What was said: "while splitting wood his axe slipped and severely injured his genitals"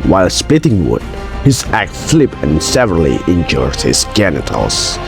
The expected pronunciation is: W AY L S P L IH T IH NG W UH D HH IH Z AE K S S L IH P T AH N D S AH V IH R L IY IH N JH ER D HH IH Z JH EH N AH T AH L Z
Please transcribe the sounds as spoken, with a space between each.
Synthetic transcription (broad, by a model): W AY L S P L IH T IH NG W UH D HH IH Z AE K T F L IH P AH N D S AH V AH R L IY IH N JH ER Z HH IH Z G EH N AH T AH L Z